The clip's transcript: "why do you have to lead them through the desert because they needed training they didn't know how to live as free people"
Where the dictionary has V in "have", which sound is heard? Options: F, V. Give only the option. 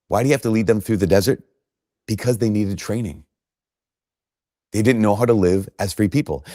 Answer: F